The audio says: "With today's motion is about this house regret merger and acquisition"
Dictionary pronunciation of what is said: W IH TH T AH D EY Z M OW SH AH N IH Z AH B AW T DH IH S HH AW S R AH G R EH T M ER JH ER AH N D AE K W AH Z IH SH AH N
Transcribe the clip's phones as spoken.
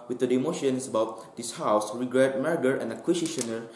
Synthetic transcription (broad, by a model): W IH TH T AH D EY M OW SH AH N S AH B AW T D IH S HH AW S R AH G R EH T M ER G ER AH N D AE K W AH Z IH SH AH N